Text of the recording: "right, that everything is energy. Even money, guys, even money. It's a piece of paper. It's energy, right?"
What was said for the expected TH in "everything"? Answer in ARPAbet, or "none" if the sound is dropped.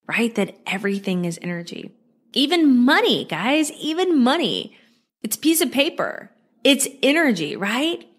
TH